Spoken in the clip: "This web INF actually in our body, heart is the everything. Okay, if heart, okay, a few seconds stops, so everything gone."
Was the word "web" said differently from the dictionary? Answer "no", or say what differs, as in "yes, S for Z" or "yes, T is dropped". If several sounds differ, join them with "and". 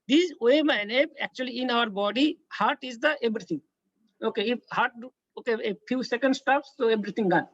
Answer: yes, B is dropped